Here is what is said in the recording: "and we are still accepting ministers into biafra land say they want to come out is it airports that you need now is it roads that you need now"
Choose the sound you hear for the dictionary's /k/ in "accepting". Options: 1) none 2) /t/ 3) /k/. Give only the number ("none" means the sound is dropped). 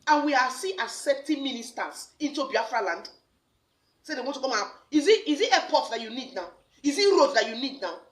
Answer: 1